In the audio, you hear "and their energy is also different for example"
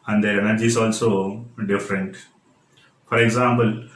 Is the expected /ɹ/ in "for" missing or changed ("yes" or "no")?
no